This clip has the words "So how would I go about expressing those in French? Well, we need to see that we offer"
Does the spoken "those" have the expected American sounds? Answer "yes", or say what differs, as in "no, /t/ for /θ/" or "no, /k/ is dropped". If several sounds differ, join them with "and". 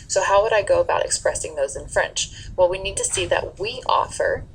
yes